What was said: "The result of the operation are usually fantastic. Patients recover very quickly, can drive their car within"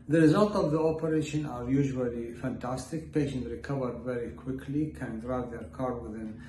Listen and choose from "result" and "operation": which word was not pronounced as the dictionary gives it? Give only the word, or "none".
none